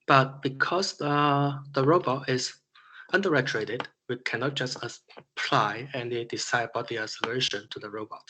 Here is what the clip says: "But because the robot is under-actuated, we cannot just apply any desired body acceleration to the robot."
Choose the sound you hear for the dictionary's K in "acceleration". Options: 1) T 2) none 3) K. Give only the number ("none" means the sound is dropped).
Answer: 2